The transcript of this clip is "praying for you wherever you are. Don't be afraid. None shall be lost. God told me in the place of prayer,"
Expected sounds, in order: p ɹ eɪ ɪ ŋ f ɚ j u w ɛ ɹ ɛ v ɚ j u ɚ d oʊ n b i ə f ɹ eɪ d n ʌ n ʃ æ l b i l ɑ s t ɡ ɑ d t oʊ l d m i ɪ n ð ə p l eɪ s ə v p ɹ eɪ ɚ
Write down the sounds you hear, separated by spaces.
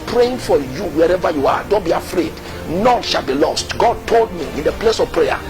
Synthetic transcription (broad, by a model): p ɹ eɪ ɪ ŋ f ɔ j u w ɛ ɹ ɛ v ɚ j u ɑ d oʊ n b i ə f ɹ eɪ d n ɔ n ʃ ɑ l b i l ɑ s t ɡ ɑ d t oʊ l d m i ɪ n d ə p l eɪ s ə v p ɹ eɪ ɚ